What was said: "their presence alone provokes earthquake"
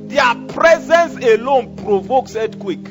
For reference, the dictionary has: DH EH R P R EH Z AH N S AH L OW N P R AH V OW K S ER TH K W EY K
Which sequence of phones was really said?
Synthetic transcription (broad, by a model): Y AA P R EH Z AH N S AH L OW N P R AH V OW K S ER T K W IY K